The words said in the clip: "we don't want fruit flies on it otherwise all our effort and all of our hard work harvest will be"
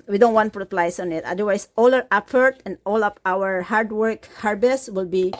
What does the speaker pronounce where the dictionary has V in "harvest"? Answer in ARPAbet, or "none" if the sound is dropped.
B